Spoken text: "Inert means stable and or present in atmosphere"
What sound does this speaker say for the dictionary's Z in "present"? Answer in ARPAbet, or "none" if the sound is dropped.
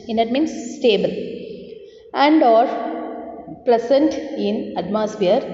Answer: S